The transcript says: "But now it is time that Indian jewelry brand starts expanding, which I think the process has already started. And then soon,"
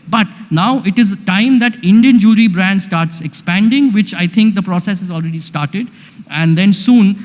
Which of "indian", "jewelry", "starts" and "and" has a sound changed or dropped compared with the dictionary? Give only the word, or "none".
jewelry